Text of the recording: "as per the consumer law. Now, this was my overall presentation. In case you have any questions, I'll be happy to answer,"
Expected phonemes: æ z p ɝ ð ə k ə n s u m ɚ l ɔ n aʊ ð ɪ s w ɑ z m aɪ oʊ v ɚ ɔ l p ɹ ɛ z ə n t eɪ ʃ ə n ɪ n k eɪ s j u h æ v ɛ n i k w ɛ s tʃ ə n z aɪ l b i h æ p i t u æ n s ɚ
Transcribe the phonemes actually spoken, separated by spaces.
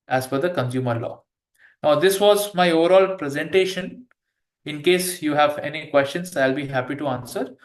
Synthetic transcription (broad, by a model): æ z f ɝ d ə k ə n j u m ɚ l ɔ n aʊ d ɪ s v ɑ z m aɪ oʊ v ɚ ɔ l p ɹ ɛ z ə n t eɪ ʃ ə n ɪ n k eɪ s j u h æ v ɛ n i k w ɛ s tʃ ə n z aɪ l b i h æ p i t u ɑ n s ɚ